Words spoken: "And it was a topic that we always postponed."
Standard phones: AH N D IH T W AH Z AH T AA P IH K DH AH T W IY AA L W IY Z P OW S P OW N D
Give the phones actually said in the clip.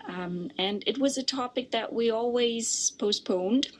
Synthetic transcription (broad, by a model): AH N IH T W AH Z AH T AA P IH K DH AH T W IY AA L W IY Z P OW S P OW N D